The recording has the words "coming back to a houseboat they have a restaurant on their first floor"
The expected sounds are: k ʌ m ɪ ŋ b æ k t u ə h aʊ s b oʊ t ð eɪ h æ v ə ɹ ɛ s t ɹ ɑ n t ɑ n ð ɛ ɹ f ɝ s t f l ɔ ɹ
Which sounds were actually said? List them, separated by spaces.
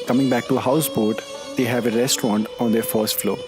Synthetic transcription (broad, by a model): k ʌ m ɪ ŋ b æ k t u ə h aʊ s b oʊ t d eɪ h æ v ə ɹ ɛ s t ɹ ɑ n t ɑ n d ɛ ɹ f ɝ s t f l ɔ